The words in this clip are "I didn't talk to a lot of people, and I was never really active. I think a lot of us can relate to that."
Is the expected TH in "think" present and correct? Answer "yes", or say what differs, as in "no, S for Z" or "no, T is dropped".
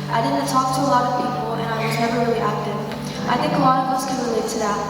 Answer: yes